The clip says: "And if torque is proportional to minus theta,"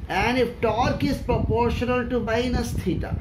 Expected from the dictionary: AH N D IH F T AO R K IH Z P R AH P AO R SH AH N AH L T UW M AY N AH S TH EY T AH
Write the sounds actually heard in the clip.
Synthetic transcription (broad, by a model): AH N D IH F T AO R K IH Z P R AH P AO R SH AH N AH L T UW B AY N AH S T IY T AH